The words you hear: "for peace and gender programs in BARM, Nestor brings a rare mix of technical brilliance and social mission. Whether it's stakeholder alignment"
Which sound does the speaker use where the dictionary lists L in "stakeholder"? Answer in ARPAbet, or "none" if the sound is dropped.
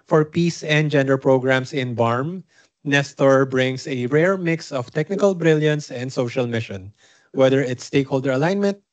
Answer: L